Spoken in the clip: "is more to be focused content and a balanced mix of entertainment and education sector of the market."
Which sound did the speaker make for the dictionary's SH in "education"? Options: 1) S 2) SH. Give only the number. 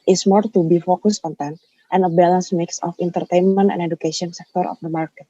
1